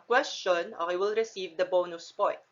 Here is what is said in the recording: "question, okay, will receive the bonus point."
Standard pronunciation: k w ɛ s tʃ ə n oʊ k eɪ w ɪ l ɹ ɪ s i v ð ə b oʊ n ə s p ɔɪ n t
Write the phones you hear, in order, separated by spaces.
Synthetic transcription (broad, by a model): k w ɛ s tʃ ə n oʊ eɪ w ɪ l ɹ ɪ s i v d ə b oʊ n ə s p ɔɪ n t